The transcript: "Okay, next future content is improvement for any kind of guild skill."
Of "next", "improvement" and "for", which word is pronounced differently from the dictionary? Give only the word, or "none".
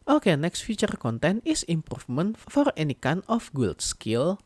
improvement